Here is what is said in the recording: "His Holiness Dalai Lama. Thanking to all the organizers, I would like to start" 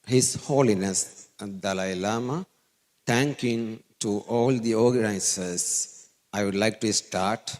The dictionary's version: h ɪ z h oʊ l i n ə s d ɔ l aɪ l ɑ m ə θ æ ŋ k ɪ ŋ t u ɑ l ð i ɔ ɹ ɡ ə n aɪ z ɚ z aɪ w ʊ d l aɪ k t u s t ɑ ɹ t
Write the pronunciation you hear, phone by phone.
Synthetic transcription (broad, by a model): h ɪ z h oʊ l i n ə s d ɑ l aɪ l ɑ m ə t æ ŋ k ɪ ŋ t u ɑ l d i ɔ ɹ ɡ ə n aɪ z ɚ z aɪ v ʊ d l aɪ k t u s t ɑ ɹ t